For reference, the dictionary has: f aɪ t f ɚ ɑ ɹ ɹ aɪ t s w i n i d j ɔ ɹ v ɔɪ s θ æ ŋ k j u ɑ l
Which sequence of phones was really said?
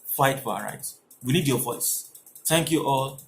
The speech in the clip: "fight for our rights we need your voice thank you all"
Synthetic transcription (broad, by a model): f aɪ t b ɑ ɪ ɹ ɹ aɪ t w i n i d j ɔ v ɔɪ s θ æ ŋ k j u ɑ l